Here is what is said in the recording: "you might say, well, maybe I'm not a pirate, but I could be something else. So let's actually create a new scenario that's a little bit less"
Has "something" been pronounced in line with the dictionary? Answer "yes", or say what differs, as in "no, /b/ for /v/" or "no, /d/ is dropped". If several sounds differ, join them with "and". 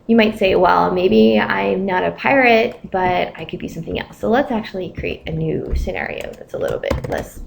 yes